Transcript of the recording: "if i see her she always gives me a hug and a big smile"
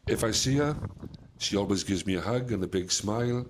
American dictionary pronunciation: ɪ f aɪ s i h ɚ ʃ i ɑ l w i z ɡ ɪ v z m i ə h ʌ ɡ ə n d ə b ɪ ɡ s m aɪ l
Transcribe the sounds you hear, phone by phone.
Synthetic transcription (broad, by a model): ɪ f aɪ s i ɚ ʃ i ɑ l w i z ɡ ɪ v z m i ə h ʌ ɡ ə n ə b ɪ ɡ s m aɪ l